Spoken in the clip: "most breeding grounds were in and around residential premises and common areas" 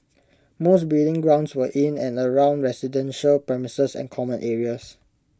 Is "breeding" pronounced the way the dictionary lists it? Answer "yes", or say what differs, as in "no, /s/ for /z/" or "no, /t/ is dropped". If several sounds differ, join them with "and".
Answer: no, /ɹ/ is dropped